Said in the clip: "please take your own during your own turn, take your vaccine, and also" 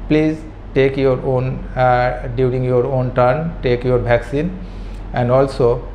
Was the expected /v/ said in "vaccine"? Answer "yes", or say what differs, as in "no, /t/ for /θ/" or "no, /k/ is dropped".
no, /b/ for /v/